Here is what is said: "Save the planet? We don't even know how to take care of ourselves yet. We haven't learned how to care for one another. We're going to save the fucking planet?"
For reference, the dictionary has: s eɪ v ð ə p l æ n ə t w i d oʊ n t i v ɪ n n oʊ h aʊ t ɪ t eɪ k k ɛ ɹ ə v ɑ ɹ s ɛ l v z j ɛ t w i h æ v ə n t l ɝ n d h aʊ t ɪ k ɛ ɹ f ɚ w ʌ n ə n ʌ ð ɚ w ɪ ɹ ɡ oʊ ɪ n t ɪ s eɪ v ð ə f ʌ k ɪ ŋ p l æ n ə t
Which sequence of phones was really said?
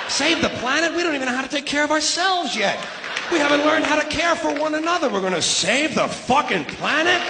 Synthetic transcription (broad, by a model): s eɪ v ð ə p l æ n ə t w i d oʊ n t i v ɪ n n oʊ h aʊ t ɪ t eɪ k k ɛ ɹ ə v ɑ ɹ s ɛ l v z j ɛ t w i h æ v ə n t l ɝ n d h aʊ t ɪ k ɛ ɹ f ɚ w ʌ n ə n ʌ ð ɚ w ɪ ɹ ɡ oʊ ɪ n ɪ s eɪ v ð ə f ʌ k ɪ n p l æ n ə t